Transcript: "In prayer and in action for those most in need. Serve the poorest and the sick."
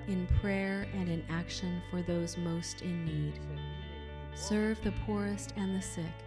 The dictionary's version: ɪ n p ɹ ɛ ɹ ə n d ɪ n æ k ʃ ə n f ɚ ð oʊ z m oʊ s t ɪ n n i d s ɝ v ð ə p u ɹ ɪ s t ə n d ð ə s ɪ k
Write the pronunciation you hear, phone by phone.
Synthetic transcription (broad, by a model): ɪ n p ɹ ɛ ɹ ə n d ɪ n æ k ʃ ə n f ɚ ð oʊ z m oʊ s t ɪ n n i d s ɝ v ð ə p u ɹ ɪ s t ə n ð ə s ɪ k